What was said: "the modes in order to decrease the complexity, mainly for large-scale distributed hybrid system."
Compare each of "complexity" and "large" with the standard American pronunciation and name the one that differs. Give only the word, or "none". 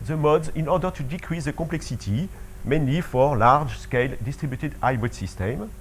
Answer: complexity